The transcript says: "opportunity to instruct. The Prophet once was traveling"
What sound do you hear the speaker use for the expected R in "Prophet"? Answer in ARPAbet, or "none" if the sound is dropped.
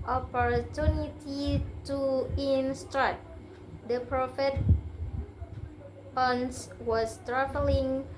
R